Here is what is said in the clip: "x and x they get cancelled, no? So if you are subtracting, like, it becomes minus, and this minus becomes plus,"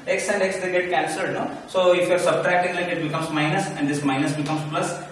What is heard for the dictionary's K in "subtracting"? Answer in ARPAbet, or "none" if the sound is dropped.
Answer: K